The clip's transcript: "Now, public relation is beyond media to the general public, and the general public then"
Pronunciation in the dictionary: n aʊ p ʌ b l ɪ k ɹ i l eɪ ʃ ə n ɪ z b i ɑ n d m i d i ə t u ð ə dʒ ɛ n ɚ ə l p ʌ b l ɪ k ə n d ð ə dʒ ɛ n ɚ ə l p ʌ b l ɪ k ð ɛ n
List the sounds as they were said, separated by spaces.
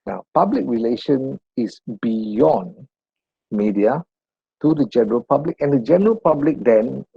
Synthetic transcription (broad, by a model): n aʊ p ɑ b l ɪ k ɹ i l eɪ ʃ ə n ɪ s b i ɑ n m i d i ə t u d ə dʒ ɛ n ɚ ə l p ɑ b l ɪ k ə n d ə dʒ ɛ n ɚ ə l p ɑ b l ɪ k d ɛ n